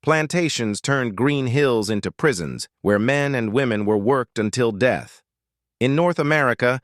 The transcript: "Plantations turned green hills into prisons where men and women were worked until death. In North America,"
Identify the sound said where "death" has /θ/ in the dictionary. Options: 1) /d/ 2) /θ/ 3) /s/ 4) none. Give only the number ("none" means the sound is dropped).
2